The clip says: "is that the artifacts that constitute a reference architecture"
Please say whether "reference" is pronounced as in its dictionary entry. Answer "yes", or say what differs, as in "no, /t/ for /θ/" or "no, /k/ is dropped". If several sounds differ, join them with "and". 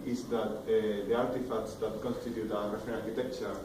no, /ɹ/ is dropped and /s/ is dropped